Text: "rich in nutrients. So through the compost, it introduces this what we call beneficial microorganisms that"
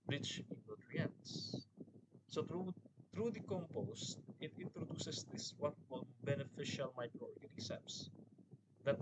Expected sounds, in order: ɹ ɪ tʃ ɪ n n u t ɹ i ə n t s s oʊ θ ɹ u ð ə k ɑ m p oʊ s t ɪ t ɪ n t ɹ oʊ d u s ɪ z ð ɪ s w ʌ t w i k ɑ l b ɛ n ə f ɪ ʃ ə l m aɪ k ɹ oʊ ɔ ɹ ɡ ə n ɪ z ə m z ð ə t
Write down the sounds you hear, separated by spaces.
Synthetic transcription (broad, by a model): ɹ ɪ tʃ ɪ n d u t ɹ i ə n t s s oʊ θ ɹ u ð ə k ɑ m p oʊ s t ɪ t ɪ n t ɹ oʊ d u s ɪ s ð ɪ s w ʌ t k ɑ n b ɛ n ə f ɪ ʃ ə l m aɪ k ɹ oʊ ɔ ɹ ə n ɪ s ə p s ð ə t